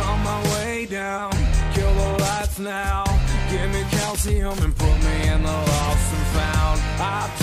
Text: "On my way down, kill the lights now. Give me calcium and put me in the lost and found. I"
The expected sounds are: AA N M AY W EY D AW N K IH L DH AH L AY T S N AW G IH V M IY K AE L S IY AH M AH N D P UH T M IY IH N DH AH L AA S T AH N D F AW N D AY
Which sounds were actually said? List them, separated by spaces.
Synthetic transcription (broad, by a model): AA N M AY W EY D AW N K IH L DH AH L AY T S N AW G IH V M IY K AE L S IY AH M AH N P UH T M IY IH N DH AH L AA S AH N F AW N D AY